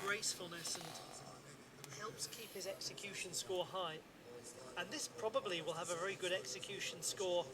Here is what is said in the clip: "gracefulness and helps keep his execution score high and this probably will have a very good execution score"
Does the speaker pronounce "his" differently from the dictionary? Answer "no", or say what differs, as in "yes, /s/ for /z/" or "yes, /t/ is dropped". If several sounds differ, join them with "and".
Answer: no